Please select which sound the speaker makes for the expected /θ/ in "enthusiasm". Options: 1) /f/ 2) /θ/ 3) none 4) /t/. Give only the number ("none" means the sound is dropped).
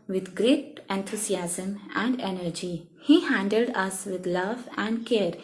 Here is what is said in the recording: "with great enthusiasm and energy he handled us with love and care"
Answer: 4